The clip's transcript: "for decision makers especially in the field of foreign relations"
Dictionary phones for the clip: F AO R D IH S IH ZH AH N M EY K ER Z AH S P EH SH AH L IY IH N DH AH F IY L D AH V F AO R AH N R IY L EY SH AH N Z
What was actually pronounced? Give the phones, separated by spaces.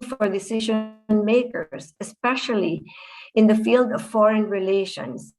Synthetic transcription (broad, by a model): F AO R D IH S IH ZH AH N M EY K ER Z AH S P EH SH AH L IY IH N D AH F IY L D AH V F AO R AH N R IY L EY SH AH N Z